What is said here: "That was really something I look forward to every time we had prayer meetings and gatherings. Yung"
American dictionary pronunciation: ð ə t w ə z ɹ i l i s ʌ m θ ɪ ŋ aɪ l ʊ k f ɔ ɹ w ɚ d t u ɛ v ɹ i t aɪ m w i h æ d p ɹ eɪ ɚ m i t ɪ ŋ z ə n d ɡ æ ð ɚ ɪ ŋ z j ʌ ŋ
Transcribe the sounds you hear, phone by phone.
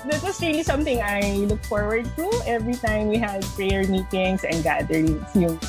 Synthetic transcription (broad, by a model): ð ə t w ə s ɹ i l i s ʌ m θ ɪ ŋ aɪ l ʊ k f ɔ ɹ w ɚ d t u ɛ v ɹ i t aɪ m w i h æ d p ɹ eɪ ɚ m i t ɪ ŋ s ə n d ɡ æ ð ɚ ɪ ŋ s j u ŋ